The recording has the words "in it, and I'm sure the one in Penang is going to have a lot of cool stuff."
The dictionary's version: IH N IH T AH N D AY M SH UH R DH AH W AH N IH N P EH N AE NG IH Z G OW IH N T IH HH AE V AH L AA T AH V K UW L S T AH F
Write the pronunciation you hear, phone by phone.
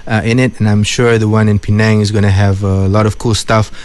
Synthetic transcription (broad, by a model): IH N IH T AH N AY M SH UH R DH AH W AH N IH N P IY N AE NG IH Z G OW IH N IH HH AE V AH L AA T AH V K UW L S T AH F